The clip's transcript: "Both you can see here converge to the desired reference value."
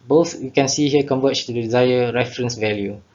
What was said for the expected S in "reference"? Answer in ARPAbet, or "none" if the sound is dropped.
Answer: S